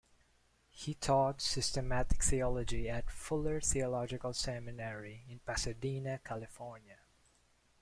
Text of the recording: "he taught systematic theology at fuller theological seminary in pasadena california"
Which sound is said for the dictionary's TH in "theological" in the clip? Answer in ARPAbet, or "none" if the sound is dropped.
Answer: TH